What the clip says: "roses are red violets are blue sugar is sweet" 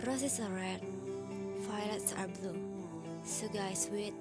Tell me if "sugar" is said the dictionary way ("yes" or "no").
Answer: no